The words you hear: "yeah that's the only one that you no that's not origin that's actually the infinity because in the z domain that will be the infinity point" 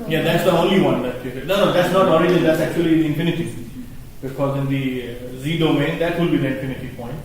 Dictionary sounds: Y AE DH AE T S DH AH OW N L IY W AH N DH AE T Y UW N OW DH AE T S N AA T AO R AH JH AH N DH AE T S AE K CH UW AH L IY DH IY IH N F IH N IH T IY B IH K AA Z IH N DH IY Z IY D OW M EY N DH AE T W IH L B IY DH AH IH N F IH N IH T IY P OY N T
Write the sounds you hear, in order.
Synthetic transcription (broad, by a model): Y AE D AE T S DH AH OW N L IY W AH N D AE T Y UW N OW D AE T S N AA T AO R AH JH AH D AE T S AE K CH UW AH L IY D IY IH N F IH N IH T IY B IH K AA Z IH N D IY Z IY D OW M EY N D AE T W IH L B IY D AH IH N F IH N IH T IY P OY N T